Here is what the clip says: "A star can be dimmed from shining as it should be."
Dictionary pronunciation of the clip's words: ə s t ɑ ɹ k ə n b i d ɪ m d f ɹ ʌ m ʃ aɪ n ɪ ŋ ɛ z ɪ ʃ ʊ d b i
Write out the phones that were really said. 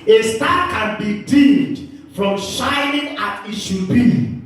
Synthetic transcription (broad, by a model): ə s t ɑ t k ə n b i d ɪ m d f ɹ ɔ m ʃ aɪ n ɪ ŋ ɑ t ɪ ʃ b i